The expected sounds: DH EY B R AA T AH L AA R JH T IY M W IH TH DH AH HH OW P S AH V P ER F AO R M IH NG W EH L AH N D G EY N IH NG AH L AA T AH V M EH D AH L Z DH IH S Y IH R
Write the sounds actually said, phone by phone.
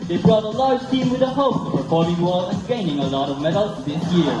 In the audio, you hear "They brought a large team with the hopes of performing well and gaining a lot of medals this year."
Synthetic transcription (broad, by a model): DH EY B R AA T AH L AA R JH T IY M W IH DH AH HH OW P AH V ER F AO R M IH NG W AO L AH N G EY N IH NG AH L AA T AH V M EH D L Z DH IH S Y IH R